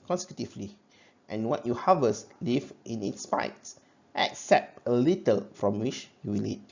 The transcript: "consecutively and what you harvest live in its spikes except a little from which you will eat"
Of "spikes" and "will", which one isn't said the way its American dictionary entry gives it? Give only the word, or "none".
spikes